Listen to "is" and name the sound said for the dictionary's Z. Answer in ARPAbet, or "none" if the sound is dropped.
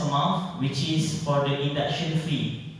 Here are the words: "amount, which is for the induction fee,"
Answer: S